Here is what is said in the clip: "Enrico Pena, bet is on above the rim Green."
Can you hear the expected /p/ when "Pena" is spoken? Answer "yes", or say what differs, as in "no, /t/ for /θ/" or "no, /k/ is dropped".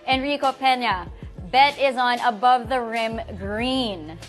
yes